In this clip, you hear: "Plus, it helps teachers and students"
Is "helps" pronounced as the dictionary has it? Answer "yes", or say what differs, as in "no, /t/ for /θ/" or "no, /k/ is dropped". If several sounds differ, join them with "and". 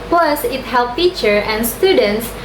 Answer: no, /s/ is dropped